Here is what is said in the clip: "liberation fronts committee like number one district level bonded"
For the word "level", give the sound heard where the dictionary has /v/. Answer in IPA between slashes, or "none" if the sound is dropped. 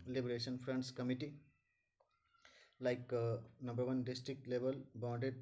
/b/